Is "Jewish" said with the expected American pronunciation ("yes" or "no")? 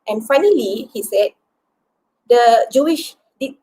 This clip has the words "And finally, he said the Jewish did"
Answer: yes